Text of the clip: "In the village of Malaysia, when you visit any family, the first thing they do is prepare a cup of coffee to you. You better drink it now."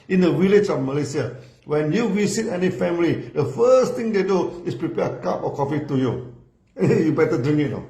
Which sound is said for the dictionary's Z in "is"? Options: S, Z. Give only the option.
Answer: S